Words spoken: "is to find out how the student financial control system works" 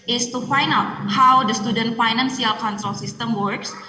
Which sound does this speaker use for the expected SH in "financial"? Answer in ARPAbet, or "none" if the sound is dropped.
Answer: S